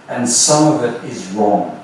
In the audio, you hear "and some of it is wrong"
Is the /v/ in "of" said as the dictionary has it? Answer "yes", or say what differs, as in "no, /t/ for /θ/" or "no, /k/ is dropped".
yes